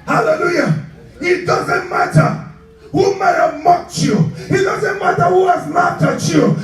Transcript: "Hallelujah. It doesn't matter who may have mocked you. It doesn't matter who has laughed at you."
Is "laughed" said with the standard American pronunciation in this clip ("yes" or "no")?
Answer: no